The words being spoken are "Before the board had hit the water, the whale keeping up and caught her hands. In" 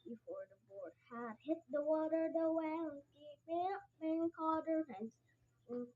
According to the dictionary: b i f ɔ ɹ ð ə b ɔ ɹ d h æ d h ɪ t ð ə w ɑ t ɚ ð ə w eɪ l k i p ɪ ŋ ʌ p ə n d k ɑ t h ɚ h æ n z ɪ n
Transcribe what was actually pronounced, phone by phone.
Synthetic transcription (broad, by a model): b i f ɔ ɹ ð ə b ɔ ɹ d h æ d h ɪ t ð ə w ɑ t ɚ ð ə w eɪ n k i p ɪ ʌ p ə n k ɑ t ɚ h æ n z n